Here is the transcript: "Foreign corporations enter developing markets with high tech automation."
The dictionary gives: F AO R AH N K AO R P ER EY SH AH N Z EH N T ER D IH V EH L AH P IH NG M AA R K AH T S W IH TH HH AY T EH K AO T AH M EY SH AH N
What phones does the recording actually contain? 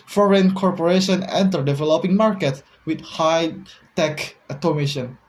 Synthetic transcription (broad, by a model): F AO R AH N K AO R P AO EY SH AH N EH N T ER D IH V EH L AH P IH NG M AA R K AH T W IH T HH AY T EH K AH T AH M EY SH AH N